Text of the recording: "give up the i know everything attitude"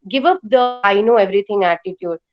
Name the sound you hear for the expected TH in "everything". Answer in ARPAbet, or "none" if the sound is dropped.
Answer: T